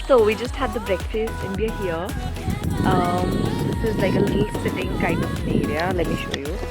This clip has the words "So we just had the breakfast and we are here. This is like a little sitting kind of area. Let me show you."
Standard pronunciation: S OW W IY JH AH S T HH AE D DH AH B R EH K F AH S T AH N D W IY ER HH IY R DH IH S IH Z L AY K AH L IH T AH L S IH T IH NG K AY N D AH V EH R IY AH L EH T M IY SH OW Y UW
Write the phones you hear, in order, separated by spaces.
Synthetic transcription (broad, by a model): S OW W IY JH AH S T HH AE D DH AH B R EH K F AH S T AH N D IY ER HH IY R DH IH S IH Z L AY K AH L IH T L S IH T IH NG K AY N D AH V EH R IY AH L EH T M IY SH OW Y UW